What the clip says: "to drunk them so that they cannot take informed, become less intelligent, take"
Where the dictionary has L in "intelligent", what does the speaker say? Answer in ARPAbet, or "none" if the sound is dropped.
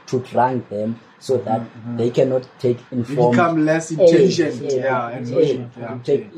none